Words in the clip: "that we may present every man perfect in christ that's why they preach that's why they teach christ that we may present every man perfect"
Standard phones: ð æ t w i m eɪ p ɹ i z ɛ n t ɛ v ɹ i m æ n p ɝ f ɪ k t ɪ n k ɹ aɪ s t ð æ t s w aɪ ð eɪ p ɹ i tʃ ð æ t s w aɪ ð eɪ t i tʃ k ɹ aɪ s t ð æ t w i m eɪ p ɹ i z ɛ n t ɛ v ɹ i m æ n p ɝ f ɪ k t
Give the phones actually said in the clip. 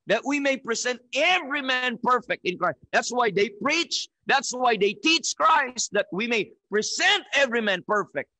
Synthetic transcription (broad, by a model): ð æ t w i m eɪ p ɹ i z ɛ n t ɛ v ɹ i m æ n p ɝ f ɪ k t ɪ n k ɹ aɪ s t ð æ t s w aɪ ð eɪ p ɹ i tʃ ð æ t s w aɪ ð eɪ t i tʃ k ɹ aɪ s t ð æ t w i m eɪ p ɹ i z ɛ n t ɛ v ɹ i m æ n p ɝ f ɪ k t